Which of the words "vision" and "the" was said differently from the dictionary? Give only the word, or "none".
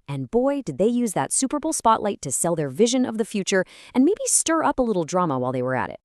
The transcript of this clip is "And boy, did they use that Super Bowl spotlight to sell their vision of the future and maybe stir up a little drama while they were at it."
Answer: none